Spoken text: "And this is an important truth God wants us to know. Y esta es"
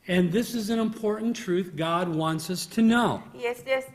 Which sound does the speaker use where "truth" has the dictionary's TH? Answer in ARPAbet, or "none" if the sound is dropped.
TH